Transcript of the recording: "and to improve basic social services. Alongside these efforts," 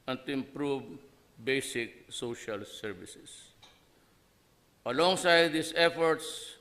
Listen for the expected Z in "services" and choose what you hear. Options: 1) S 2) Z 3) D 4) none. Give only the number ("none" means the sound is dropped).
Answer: 1